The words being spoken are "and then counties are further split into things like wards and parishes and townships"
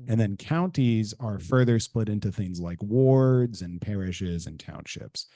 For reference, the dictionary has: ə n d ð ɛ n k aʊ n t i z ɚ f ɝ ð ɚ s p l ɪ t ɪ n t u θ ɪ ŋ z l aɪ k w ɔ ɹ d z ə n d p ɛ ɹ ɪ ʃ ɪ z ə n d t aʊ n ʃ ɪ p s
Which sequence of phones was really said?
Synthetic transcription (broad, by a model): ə n ð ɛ n k aʊ n t i z ɚ f ɝ ð ɚ s p l ɪ t ɪ n t u θ ɪ ŋ z l aɪ k w ɔ ɹ d z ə n p ɛ ɹ ɪ ʃ ɪ z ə n t aʊ n ʃ ɪ p s